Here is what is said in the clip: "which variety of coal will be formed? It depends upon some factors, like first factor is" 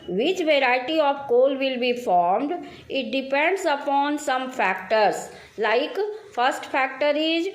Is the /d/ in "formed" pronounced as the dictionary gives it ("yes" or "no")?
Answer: yes